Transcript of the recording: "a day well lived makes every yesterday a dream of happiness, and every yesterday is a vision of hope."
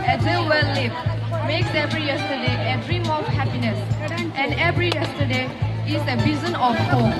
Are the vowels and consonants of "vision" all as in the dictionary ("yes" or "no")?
no